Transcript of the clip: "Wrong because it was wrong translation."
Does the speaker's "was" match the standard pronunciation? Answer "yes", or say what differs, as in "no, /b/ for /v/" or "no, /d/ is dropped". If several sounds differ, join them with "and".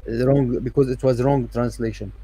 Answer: yes